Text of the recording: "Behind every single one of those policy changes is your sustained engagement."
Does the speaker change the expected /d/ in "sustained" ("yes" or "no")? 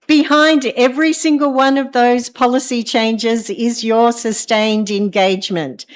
no